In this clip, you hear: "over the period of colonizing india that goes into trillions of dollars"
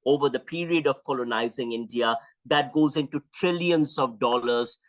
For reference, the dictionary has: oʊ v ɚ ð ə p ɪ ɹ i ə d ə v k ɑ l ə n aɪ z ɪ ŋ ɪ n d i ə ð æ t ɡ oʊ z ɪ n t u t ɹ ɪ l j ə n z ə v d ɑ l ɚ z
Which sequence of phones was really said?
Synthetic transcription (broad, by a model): oʊ v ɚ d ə p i ɹ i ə d ə v k ɑ l ə n aɪ z ɪ ŋ ɪ n d i ə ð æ t ɡ oʊ z ɪ n t u t ɹ ɪ l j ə n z ə v d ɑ l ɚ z